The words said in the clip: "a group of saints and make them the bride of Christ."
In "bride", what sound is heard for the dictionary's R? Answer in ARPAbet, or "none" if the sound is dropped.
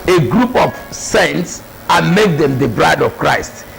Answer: R